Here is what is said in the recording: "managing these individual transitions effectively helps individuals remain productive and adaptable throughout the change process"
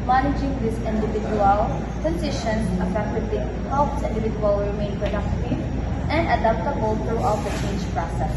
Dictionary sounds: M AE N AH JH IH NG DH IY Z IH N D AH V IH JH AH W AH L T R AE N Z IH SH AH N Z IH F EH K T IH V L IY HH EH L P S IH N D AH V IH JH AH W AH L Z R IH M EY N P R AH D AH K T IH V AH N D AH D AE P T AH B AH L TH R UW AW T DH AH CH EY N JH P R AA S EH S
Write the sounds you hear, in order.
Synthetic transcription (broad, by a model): M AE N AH JH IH NG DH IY S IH N D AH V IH JH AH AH L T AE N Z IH SH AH N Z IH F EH K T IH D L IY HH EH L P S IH N D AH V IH JH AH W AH L R IH M EY N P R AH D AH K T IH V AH N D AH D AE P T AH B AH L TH R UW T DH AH CH EY N JH P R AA S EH S